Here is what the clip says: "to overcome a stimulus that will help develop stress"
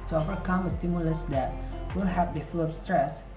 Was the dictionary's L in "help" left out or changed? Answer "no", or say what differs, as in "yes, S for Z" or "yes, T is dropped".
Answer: yes, L is dropped